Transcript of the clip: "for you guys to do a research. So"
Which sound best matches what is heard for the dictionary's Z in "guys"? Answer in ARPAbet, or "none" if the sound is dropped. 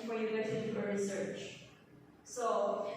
none